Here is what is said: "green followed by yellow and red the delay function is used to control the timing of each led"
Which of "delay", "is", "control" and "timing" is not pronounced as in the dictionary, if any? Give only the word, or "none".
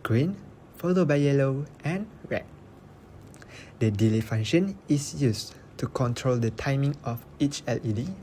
is